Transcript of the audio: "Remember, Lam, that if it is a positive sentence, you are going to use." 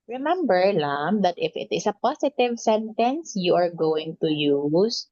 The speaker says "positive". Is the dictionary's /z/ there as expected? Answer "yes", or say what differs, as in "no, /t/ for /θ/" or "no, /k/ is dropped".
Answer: no, /s/ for /z/